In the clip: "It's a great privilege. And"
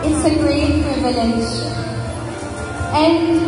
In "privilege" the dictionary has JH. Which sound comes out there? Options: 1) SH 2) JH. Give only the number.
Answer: 1